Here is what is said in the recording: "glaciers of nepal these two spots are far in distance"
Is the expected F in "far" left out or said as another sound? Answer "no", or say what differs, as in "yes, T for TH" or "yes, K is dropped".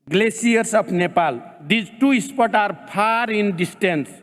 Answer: yes, P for F